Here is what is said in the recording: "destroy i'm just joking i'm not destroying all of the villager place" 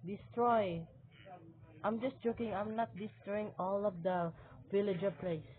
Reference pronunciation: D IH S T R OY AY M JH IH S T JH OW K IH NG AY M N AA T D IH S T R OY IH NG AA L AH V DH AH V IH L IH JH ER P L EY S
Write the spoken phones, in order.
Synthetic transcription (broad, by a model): D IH S T R OY AY M JH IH S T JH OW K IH NG AY M N AA T D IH S T R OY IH NG AA L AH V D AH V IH L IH JH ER P L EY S